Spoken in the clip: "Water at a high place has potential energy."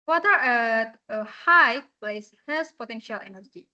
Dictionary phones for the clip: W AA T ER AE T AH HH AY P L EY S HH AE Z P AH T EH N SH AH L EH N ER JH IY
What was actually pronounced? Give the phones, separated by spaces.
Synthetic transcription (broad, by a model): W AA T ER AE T AH HH AY P L EY S HH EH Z P AH T EH N SH AH L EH N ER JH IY